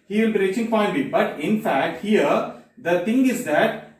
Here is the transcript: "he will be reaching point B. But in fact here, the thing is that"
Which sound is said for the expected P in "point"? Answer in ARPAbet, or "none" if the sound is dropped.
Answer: F